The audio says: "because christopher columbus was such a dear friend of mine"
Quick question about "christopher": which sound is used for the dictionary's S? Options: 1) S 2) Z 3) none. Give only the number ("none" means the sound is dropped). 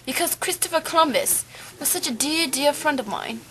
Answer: 1